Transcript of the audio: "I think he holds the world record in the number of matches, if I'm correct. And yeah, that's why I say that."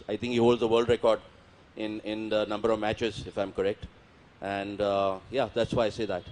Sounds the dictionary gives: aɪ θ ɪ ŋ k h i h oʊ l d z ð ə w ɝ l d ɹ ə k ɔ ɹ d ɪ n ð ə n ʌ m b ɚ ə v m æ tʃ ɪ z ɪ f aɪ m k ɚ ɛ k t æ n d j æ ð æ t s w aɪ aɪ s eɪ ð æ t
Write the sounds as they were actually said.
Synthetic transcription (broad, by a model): aɪ t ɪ ŋ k h i h oʊ l d z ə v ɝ l d ɹ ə k ɔ ɹ d ɪ n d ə n ʌ m b ɚ ə v m æ tʃ ɪ z ɪ f aɪ m k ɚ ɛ k t æ n d j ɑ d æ t s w aɪ aɪ s eɪ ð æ t